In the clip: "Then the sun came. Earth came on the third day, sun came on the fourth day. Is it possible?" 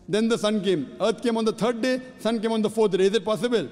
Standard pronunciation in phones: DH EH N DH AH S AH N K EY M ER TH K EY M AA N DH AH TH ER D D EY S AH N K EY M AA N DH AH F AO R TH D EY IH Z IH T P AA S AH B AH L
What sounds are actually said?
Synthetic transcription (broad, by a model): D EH N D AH S AH N K EY M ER T K EY M AA N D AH T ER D D EY S AH N K EY M AA N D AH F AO R T D EY IH Z IH T P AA S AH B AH L